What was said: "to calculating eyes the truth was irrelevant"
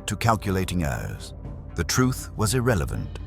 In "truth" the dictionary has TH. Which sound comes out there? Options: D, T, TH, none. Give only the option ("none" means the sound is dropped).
TH